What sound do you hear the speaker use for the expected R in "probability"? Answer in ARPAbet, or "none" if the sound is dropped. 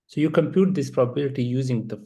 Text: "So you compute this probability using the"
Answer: R